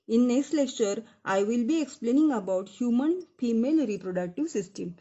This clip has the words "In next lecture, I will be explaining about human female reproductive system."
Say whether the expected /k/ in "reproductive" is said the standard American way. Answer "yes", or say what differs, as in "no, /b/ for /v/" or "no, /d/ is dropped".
yes